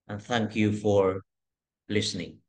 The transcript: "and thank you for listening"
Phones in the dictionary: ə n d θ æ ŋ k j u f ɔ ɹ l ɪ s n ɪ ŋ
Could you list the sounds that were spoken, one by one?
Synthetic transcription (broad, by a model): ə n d θ æ ŋ k j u f ɔ ɹ l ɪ s n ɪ ŋ